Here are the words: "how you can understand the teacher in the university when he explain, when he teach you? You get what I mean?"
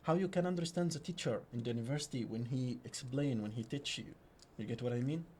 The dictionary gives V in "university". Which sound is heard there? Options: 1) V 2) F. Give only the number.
1